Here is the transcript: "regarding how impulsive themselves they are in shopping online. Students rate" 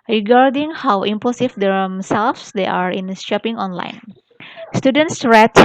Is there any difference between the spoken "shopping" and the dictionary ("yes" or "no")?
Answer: yes